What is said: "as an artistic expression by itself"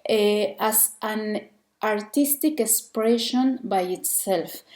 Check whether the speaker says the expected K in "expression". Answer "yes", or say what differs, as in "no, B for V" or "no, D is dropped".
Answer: yes